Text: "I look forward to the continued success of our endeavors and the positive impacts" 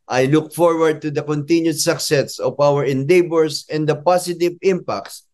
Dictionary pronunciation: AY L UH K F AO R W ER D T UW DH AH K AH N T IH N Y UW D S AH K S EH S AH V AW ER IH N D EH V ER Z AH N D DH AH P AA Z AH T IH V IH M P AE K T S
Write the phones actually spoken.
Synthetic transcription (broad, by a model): AY L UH K F AO R W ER D T UW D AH K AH N T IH N Y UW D S AH K S EH S AH V AW ER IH N D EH B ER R AH N D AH P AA S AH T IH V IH M P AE K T S